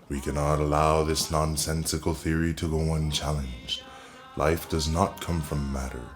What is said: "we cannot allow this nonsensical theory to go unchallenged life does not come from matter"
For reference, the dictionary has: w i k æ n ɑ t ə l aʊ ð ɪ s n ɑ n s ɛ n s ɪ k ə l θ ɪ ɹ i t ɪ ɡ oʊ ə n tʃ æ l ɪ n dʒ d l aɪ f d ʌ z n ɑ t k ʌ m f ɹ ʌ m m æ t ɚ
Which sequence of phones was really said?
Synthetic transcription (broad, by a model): w i k æ n ɑ t ə l aʊ ð ɪ s n ɑ n s ɛ n s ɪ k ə l θ ɪ ɹ i t ɪ ɡ oʊ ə n tʃ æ l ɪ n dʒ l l aɪ f d ʌ z n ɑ t k ʌ m f ɹ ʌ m m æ t ɚ